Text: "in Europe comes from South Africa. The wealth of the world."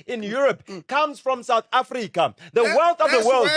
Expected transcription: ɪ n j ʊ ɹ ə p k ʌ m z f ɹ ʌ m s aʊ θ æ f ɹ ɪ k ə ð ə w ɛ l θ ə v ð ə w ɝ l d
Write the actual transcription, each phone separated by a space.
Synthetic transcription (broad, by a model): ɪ n j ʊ ɹ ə p k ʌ m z f ɹ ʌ m s aʊ θ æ f ɹ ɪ k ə ð ə w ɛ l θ ə v ð ə w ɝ l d